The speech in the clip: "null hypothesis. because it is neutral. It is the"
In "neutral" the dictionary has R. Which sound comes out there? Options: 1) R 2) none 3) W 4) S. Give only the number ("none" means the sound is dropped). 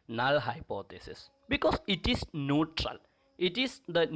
1